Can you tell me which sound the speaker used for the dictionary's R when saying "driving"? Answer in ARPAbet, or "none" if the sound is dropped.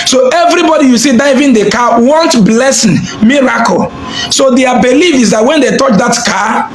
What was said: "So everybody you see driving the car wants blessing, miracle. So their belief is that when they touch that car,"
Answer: none